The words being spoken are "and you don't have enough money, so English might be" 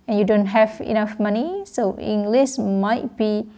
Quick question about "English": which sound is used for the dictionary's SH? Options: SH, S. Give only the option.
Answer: S